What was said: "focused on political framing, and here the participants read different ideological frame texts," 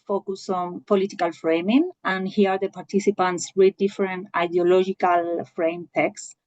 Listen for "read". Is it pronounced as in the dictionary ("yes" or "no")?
no